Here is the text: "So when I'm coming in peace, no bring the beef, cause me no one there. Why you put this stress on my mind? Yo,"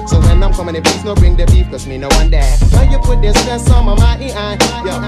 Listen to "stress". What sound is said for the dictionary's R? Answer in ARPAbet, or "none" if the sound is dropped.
none